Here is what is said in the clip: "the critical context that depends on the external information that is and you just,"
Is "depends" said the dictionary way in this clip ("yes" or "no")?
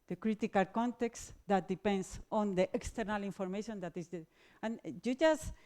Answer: no